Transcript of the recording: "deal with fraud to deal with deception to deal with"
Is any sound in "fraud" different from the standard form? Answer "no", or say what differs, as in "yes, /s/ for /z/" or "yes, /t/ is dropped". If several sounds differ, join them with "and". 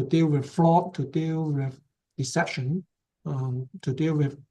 yes, /l/ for /ɹ/